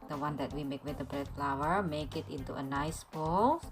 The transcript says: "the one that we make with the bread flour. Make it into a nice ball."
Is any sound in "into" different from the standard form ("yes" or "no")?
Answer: no